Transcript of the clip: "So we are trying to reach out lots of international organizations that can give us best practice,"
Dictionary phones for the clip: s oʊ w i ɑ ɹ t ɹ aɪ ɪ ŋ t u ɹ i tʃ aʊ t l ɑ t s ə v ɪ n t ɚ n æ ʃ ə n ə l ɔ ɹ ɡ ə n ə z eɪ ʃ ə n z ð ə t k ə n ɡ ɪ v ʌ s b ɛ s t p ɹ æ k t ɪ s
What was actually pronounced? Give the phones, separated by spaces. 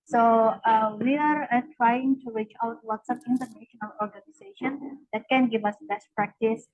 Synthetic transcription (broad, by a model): s oʊ w i ɑ ɹ t ɹ aɪ ɪ ŋ t u ɹ i tʃ aʊ t w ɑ t s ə p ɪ n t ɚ n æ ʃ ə n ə l ɔ ɹ ɡ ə n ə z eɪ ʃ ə n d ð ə t k ə n ɡ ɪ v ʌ s b ɛ s t p ɹ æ k t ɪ s